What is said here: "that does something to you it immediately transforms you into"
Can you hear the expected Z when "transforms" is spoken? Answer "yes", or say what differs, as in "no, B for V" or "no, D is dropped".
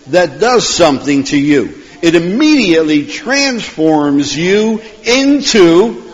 yes